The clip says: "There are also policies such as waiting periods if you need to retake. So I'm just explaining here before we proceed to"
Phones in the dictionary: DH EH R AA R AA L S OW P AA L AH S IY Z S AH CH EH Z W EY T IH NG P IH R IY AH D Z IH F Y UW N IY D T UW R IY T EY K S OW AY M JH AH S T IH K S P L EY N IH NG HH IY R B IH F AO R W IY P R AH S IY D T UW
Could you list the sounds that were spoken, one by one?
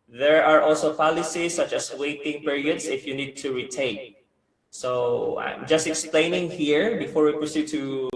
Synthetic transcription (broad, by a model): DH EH R AA R AA L S OW P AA L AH S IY S AH CH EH S W EY T IH NG P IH R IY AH D S IH F Y UW N IY D T UW R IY T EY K S OW AY M JH AH S T IH K S P L EY N IH NG HH IY R B IH F AO R W IY P R AH S IY D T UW